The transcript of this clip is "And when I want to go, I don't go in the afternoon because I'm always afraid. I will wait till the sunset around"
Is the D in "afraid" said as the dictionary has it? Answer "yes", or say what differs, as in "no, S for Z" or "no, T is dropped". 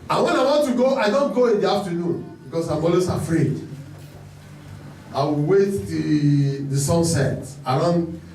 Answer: yes